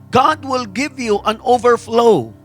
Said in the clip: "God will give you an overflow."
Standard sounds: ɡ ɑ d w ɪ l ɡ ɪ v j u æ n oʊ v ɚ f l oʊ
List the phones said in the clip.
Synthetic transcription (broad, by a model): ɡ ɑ d w ɪ l ɡ ɪ v j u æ n oʊ v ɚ f l oʊ